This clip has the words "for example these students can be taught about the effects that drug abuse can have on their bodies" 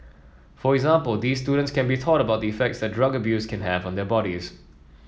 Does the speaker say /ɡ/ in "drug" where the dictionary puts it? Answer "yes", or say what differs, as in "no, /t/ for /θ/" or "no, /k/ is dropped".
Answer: yes